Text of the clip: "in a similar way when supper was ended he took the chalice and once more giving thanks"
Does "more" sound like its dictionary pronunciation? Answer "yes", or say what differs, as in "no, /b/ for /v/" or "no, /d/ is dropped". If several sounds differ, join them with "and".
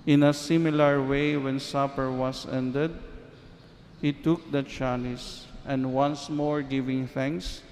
yes